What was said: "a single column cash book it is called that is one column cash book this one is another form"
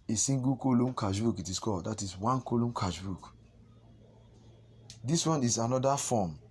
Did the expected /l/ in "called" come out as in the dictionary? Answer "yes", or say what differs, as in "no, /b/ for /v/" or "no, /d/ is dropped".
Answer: no, /l/ is dropped